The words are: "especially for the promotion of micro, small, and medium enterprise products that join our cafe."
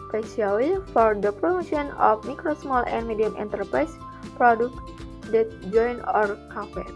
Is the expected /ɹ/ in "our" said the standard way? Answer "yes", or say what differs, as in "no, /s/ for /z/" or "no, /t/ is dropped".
yes